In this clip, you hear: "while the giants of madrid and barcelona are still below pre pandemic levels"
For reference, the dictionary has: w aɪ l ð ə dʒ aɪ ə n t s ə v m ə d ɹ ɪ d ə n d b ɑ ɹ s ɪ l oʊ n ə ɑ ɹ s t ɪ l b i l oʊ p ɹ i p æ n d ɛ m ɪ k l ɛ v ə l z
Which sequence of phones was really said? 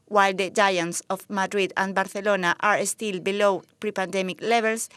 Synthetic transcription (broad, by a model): w aɪ l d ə dʒ aɪ ə n t s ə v m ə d ɹ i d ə n b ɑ ɹ θ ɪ l oʊ n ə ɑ ɹ s t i l b i l oʊ p ɹ i p æ n d ɛ m ɪ k l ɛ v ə l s